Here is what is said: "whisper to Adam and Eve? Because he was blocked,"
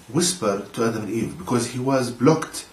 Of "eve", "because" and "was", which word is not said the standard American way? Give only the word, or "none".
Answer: none